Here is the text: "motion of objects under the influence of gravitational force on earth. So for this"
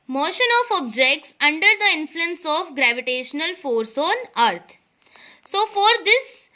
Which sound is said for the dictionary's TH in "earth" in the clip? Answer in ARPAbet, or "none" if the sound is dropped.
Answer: T